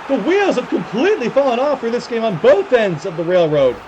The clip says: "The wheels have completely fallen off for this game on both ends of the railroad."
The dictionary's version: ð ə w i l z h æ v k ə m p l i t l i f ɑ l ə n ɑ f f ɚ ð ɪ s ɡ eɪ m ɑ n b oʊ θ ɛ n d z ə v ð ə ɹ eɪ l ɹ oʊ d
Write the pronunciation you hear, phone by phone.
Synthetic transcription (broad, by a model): ð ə w i l z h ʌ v k ə m p l i t l i f ɑ l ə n ɑ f f ɚ ð ɪ s ɡ eɪ m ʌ n b oʊ θ ɛ n d z ə v ð ə ɹ eɪ l ɹ oʊ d